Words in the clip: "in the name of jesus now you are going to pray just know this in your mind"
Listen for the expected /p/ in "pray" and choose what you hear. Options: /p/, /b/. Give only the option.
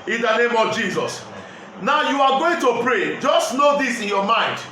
/p/